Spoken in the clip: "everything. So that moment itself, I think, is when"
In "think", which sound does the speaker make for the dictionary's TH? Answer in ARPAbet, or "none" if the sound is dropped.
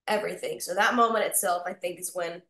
TH